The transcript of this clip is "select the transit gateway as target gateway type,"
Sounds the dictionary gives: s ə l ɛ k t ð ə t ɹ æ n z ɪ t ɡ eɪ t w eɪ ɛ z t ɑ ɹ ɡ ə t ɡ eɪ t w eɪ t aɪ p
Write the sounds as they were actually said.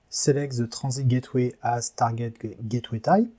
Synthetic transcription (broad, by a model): s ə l ɛ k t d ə t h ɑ z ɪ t ɡ eɪ t w eɪ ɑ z t ɑ ɹ ɡ ə t ɡ eɪ t w eɪ t aɪ